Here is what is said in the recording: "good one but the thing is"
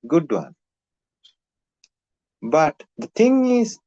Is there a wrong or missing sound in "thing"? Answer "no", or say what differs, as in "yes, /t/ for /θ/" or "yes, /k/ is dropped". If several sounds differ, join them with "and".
yes, /t/ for /θ/